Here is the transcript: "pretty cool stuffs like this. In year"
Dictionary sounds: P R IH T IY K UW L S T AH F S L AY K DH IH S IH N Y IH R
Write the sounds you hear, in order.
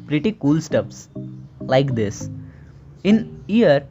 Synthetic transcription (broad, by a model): P R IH T IY K UW L S T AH P S L AY K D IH S IH N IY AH R